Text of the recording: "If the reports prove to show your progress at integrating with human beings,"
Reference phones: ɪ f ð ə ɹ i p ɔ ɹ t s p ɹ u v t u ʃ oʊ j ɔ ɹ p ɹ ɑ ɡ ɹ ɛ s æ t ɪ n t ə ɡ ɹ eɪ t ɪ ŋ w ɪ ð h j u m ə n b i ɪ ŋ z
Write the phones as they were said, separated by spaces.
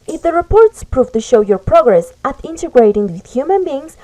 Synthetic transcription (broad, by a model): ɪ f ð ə ɹ i p ɔ ɹ t s p ɹ u v t u ʃ oʊ j ɔ ɹ p ɹ ɑ ɡ ɹ ɛ s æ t ɪ n t ə ɡ ɹ eɪ t ɪ ŋ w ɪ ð h j u m ə n b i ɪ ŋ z